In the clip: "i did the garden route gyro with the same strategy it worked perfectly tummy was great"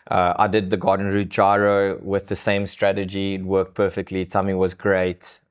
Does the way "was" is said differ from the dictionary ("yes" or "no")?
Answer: no